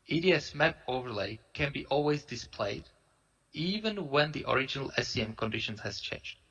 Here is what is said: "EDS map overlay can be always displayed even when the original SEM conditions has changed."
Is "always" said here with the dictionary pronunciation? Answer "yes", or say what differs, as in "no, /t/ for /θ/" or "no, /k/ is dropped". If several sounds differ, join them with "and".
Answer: yes